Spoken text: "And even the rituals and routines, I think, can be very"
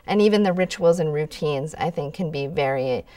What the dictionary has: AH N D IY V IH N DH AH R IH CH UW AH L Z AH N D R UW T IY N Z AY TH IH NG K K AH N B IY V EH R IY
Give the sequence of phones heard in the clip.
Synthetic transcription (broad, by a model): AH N IY V IH N DH AH R IH CH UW L Z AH N R UW T IY N Z AY TH IH NG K K AH N B IY V EH R IY